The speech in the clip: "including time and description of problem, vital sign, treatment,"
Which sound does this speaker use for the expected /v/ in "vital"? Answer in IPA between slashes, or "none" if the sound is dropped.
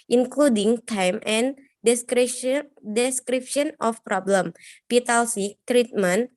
/p/